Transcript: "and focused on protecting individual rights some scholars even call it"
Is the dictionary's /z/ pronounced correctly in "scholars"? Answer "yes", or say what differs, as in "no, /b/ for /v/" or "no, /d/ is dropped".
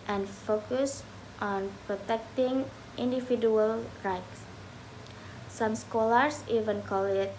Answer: no, /s/ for /z/